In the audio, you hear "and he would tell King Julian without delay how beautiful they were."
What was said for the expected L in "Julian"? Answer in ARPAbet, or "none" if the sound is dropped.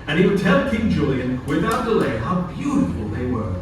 L